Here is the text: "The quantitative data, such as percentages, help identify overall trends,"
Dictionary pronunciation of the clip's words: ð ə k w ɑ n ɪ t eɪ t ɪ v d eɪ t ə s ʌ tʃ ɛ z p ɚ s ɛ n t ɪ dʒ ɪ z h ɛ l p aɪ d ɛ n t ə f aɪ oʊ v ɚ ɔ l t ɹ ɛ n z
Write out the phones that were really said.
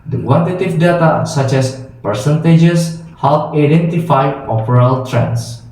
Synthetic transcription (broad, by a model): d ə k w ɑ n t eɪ t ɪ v d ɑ t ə s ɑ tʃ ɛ s p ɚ s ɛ n t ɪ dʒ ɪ s h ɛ l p aɪ d ɛ n t ə f aɪ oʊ p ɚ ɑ l t ɹ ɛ n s